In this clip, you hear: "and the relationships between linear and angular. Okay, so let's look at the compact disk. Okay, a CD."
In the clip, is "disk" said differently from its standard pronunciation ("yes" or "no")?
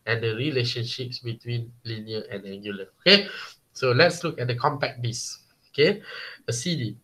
yes